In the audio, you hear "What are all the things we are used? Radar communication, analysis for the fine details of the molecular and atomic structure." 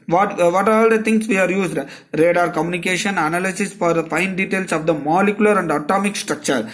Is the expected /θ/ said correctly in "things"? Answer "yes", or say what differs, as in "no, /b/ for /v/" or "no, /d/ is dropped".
no, /t/ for /θ/